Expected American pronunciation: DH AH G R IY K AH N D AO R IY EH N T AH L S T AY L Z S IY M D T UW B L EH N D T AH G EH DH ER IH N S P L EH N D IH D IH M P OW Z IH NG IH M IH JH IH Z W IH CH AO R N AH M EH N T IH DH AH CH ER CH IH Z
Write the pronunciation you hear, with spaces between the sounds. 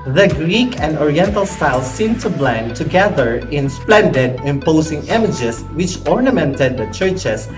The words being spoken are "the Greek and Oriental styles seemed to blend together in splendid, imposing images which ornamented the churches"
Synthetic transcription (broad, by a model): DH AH G R IY K AH N D AO R IY EH N T AH L S T AY L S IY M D T UW B L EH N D T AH G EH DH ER IH N S P L EH N D IH D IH M P OW S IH NG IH M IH JH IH S W IH CH AO R N AH M EH N T IH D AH CH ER CH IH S